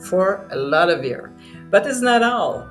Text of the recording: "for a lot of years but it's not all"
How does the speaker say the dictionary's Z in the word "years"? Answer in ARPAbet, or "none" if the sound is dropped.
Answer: none